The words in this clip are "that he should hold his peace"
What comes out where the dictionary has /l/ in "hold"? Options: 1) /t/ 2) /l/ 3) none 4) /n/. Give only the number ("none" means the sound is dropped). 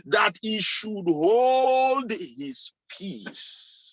2